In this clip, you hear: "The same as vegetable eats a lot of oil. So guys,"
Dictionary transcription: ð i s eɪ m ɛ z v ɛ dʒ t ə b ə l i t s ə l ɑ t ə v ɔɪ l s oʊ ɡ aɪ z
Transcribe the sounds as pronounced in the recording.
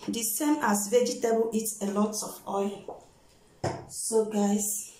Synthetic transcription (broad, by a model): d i s eɪ m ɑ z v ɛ dʒ t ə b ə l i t ə l ɑ t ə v ɔɪ l s oʊ ɡ aɪ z